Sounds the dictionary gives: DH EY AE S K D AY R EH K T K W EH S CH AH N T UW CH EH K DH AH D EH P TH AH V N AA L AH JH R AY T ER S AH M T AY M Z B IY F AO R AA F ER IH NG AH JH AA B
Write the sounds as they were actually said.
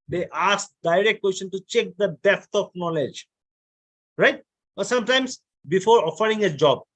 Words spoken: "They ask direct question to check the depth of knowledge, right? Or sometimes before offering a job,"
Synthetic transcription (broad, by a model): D EY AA S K D AY R EH K T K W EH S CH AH N T UW CH EH K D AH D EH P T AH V N AA L AH JH R AY T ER S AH M T AY M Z B IY F AO R AA F ER IH NG AH JH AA B